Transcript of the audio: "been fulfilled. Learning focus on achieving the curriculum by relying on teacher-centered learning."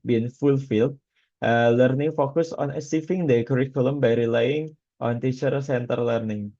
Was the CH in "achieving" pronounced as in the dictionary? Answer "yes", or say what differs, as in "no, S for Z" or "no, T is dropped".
no, S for CH